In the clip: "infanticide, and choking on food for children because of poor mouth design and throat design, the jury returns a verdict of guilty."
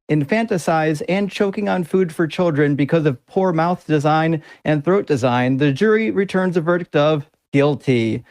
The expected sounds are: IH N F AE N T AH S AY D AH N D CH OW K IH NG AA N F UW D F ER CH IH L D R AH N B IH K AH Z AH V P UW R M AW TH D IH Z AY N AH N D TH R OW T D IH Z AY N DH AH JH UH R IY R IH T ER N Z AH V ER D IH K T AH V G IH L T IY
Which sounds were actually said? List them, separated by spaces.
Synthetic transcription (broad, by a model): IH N F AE N T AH S AY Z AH N CH OW K IH NG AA N F UW D F ER CH IH L D R AH N B IH K AH Z AH V P UW R M AW TH D IH Z AY N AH N TH R OW T D IH Z AY N DH AH JH UH R IY R IH T ER N Z AH V ER D IH K T AH V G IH L T IY